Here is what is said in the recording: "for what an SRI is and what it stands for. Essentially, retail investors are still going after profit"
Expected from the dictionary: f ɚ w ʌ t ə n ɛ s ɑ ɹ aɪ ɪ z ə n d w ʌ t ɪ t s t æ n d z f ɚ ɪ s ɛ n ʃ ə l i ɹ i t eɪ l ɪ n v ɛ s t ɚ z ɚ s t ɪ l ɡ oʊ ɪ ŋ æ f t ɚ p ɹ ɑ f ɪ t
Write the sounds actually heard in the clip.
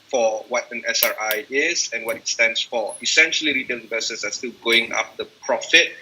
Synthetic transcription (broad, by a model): f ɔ w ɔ t ə n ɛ s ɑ ɹ aɪ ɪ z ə n w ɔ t ɪ t s t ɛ n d s f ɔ ɪ s ɛ n ʃ ə l i ɹ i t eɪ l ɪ v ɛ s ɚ s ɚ s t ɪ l ɡ oʊ ɪ ŋ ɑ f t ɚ p ɹ ɑ f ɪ t